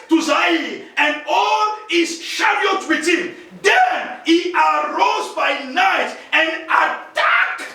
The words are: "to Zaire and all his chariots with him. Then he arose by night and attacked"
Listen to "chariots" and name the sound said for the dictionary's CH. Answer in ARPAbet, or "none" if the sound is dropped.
SH